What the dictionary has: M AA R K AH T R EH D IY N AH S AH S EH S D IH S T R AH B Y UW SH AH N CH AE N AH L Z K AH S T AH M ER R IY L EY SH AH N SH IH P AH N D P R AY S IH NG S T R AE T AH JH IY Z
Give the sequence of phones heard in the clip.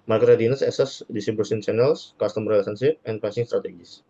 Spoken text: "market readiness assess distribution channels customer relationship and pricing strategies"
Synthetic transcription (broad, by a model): M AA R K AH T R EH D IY N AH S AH S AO S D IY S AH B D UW S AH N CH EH N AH L S K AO S T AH M R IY L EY S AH N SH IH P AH N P AY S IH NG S T R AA T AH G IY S